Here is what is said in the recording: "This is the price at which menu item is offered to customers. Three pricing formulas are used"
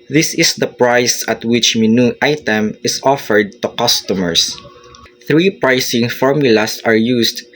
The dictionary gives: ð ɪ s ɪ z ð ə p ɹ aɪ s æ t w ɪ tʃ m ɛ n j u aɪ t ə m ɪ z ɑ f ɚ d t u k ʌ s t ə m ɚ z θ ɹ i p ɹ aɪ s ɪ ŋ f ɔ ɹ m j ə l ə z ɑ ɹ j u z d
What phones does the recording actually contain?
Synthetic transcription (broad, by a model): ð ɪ s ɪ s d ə p ɹ aɪ s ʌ t w ɪ tʃ m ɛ n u aɪ t ə m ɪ s ɑ f ɚ d t u k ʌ s t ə m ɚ s θ ɹ i p ɹ aɪ s ɪ ŋ f ɔ ɹ m j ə l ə s ɑ ɹ j u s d